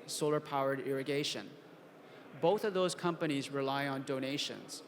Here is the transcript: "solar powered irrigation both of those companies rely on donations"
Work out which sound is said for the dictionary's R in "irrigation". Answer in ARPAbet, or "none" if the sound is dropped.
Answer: R